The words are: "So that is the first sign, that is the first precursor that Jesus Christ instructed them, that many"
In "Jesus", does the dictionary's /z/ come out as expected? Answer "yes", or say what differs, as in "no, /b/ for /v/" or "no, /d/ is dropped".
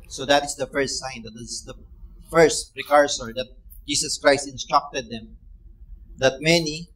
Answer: no, /s/ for /z/